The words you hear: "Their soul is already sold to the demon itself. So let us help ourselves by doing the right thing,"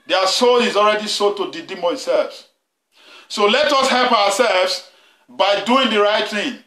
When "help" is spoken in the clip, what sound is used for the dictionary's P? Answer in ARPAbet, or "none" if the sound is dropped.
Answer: P